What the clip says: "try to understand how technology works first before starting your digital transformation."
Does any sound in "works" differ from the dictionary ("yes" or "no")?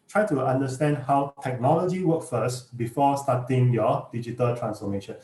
yes